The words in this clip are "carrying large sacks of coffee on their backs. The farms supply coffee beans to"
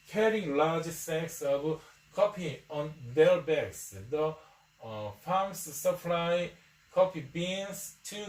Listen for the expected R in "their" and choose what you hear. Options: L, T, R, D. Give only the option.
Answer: L